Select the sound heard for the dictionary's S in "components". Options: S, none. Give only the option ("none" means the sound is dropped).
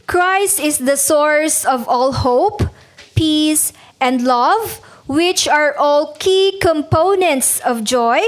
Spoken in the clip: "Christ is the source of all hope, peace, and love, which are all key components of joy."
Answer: S